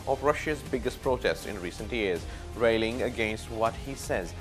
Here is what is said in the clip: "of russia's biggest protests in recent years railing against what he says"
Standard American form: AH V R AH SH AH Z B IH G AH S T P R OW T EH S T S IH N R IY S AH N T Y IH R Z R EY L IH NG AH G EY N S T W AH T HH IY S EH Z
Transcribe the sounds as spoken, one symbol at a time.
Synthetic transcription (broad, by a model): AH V R AH SH AH Z B IH G AH S T P R OW T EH S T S IH N R IY S AH N T Y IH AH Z R EY L IH NG AH G EY N S T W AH T HH IY S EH Z